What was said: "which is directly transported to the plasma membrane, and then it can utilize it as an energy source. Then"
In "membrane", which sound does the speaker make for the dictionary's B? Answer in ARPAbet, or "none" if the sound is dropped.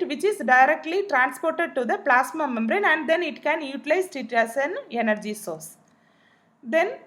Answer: B